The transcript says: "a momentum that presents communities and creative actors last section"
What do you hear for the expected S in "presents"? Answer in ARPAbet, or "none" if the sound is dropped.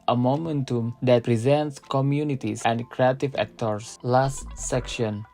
S